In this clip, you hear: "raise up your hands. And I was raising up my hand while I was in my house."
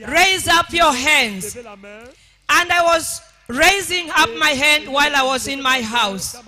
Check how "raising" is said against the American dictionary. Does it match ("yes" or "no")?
yes